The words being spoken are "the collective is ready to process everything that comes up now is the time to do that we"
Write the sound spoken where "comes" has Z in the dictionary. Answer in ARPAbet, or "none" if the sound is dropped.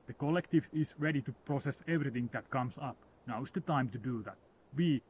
S